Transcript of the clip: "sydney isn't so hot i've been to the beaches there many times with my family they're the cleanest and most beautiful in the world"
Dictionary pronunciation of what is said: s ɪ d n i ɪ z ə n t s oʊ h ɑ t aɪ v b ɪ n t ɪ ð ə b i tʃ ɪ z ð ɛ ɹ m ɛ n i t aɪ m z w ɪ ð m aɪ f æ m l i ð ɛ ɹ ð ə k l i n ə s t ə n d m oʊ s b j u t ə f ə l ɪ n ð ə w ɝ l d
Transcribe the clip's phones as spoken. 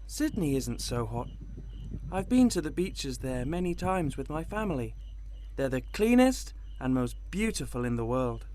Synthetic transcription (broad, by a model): s ɪ d n i ɪ z n t s oʊ h ɑ t aɪ v b ɪ n t ɪ ð ə b i tʃ ɪ z ð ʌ ɹ m ɛ n i t aɪ m z w ɪ ð m aɪ f æ m l i ð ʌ ɹ ð ə k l i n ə s t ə n m oʊ s b j u t ə f ə l ɪ n ð ə w ɝ l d